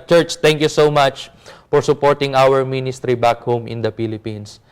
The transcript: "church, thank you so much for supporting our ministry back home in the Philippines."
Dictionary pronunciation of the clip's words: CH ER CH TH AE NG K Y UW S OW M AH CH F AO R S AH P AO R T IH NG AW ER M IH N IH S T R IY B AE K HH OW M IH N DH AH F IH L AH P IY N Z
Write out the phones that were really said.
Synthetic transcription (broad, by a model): CH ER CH T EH NG K Y UW S OW M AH CH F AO R S AH P AO R T IH NG AW ER M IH N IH S T R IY B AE K HH OW M IH N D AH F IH L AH P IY N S